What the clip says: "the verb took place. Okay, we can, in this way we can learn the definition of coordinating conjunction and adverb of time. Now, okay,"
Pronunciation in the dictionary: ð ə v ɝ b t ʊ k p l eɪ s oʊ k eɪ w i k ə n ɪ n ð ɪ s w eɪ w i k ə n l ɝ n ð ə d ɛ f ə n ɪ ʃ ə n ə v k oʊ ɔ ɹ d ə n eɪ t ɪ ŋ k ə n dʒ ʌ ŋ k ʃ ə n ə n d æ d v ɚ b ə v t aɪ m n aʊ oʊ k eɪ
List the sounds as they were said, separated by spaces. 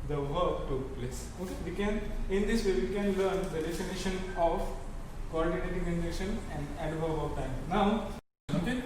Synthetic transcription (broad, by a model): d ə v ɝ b t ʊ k p l eɪ s oʊ k eɪ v i k ə n ɪ n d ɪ s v eɪ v i k ə n l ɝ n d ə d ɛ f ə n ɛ ʃ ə n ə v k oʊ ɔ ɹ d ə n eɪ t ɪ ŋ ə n ɛ ʃ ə n ə n d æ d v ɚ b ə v t aɪ m n aʊ oʊ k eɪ